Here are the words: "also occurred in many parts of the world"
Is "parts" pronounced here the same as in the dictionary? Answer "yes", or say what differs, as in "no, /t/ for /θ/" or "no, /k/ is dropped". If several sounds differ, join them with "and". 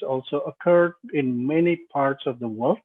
yes